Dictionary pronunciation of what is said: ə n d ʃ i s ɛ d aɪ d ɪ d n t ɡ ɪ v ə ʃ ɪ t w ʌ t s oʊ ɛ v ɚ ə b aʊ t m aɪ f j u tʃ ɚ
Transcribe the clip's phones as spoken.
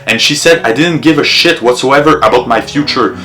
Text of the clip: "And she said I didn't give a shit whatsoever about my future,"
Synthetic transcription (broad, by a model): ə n ʃ i s ɛ d aɪ d ɪ d n t ɡ ɪ v ə ʃ ɪ t w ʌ t s oʊ ɛ v ɚ ə b aʊ t m aɪ f j u tʃ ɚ